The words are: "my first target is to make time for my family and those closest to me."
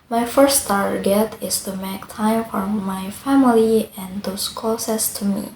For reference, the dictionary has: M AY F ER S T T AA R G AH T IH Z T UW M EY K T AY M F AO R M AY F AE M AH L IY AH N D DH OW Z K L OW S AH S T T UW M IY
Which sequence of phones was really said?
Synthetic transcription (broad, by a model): M AY F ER S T T AA R G AH T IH S T UW M EY K T AY M F AO R M AY F AE M AH L IY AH N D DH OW S K OW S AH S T T UW M IY